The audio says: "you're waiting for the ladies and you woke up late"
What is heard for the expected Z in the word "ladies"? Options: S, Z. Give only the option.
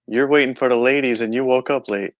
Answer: Z